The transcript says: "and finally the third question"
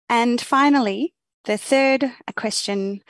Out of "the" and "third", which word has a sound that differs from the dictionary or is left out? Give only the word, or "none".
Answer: none